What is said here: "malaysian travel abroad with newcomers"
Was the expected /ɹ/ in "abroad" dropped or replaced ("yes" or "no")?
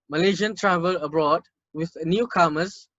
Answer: no